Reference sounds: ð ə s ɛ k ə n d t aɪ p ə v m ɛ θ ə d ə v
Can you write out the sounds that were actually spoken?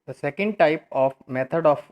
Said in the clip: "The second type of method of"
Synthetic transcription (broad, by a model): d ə s ɛ k ə n d t aɪ p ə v m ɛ t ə d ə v